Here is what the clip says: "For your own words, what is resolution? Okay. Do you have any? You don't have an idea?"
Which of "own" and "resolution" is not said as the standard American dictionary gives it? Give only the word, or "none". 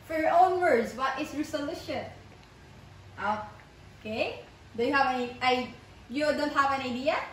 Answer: resolution